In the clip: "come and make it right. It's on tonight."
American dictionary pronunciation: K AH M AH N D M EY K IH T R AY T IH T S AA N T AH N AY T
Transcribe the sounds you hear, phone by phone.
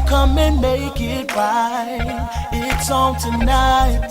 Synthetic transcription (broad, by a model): K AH M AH N M EY K IH T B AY IH T S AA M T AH N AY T